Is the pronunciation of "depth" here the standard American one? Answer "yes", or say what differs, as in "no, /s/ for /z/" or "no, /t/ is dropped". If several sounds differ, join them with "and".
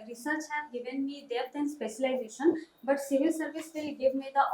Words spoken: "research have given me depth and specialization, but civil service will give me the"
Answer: no, /t/ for /θ/